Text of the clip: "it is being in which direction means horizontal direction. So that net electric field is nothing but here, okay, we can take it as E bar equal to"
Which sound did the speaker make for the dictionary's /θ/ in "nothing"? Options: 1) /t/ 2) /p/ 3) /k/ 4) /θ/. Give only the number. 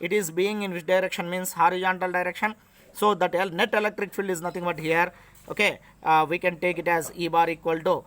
1